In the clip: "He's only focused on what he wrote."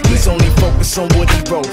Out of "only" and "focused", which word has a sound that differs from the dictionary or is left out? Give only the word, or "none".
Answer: focused